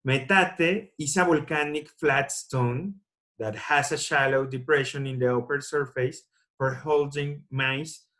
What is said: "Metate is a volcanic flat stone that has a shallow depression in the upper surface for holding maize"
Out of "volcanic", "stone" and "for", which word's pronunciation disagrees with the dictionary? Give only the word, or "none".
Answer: volcanic